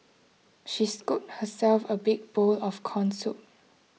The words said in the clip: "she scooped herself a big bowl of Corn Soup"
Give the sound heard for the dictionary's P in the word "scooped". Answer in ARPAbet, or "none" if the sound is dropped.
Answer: none